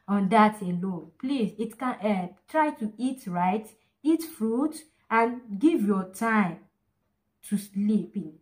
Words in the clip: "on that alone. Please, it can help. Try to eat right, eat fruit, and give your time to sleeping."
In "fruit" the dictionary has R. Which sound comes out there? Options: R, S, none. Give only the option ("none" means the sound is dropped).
R